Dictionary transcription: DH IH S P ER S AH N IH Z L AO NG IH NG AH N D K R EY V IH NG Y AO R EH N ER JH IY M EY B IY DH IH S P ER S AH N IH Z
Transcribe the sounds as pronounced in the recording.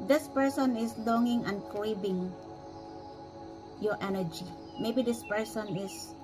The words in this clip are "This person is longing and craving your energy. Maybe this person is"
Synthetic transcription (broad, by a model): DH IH S P ER S AH N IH S L AO NG IH NG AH N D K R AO B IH NG Y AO R EH N ER JH IY M EY B IY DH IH S P ER S AH N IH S